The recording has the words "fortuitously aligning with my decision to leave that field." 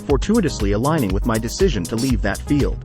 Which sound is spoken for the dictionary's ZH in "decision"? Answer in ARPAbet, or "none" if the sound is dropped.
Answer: ZH